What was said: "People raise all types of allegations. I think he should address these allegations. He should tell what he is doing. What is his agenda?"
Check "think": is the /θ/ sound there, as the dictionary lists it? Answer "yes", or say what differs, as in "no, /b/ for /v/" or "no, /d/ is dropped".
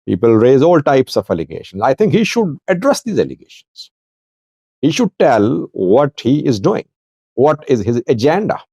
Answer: no, /t/ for /θ/